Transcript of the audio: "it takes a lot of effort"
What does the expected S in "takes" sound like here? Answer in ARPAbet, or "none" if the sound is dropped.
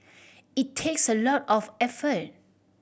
S